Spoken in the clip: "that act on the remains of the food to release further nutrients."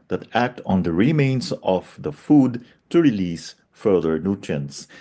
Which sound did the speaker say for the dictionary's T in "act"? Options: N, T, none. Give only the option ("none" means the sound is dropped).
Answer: T